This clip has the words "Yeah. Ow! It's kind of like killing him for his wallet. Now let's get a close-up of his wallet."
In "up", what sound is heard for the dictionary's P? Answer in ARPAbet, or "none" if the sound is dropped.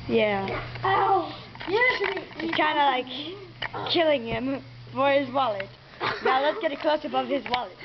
B